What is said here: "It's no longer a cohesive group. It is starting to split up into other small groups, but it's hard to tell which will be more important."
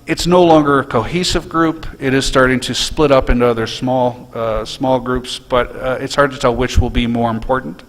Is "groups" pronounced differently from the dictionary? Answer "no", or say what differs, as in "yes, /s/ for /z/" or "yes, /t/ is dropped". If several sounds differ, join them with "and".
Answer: no